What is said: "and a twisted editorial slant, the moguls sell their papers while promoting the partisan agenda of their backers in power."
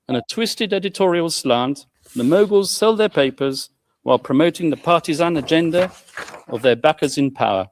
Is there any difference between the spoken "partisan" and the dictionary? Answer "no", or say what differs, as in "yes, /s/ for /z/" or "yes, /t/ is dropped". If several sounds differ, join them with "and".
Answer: no